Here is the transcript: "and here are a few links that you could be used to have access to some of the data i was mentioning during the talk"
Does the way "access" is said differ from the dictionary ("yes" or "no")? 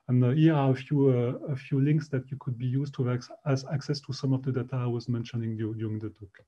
no